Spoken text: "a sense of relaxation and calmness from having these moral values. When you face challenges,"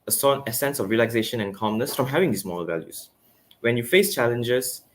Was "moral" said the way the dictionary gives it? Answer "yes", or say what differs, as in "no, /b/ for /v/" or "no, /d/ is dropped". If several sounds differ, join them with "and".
no, /ɹ/ is dropped